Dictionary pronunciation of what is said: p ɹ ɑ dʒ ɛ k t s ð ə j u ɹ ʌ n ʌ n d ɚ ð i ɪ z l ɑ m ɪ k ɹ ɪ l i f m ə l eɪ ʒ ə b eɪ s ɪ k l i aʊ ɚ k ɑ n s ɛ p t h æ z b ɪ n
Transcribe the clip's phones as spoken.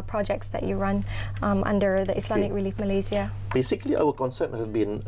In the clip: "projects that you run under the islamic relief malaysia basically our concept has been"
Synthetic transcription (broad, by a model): p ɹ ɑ dʒ ɛ k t s ð ə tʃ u ɹ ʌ n ʌ n d ɚ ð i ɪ s l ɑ m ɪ k ɹ ɪ l i f m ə l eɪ z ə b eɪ s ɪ k l i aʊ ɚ k ɑ n s ɛ p t h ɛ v b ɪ n